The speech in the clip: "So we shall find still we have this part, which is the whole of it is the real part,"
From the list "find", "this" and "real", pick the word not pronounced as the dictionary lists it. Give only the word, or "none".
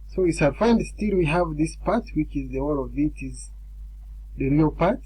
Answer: none